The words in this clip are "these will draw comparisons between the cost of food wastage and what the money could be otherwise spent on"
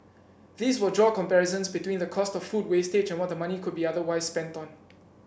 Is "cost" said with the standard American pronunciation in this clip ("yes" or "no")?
yes